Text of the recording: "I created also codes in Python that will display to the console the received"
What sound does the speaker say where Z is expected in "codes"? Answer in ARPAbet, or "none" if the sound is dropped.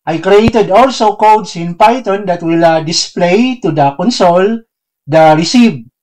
S